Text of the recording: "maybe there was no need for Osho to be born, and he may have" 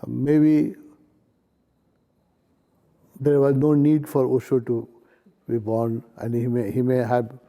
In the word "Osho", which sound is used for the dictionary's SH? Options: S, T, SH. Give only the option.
S